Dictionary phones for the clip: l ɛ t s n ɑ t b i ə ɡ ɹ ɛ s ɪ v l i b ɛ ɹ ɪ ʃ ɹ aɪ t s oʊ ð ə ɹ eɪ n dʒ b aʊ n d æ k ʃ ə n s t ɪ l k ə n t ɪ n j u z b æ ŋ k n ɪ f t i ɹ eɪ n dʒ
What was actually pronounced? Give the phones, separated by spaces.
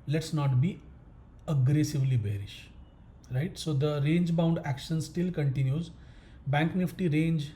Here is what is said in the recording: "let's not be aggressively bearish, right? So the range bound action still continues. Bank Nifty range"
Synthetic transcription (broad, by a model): l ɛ t s n ɑ t b i ə ɡ ɹ ɛ s ɪ v l i b ɛ ɹ ɪ ʃ ɹ aɪ t s oʊ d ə ɹ eɪ n dʒ b aʊ n d æ k ʃ ə n s t ɪ l k ə n t ɪ n j u z b æ ŋ k n ɪ f t i ɹ eɪ n dʒ